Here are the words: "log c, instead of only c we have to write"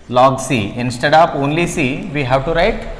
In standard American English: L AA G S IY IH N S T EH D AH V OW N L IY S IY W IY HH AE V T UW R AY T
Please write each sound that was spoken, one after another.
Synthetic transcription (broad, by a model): L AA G S IY IH N S T EH D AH P OW N L IY S IY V IY HH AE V T UW R AY T